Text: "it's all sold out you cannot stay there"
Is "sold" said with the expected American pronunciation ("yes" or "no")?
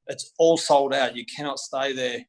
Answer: yes